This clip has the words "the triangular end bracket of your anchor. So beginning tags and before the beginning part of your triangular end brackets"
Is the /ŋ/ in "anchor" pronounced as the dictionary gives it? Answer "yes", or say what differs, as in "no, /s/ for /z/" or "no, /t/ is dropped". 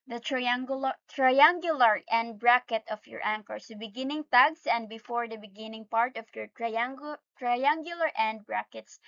yes